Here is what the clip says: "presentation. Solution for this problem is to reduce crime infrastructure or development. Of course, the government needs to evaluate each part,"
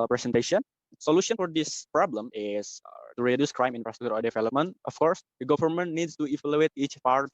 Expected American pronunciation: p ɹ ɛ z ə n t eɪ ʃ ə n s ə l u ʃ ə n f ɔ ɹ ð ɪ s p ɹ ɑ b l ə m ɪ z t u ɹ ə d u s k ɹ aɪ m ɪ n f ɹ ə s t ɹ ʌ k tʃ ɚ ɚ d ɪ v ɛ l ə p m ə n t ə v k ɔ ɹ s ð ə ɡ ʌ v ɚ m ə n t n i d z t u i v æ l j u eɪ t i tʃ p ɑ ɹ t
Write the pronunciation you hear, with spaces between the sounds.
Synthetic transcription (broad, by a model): p ɹ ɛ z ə n t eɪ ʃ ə n s ə l u ʃ ə n f ɔ ɹ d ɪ s p ɹ ɑ b l ə m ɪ s t u ɹ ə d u s k ɹ aɪ m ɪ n f ɹ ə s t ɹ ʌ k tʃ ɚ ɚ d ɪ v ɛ l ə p m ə n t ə f k ɔ ɹ s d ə ɡ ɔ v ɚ m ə n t n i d s t u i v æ l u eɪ t i tʃ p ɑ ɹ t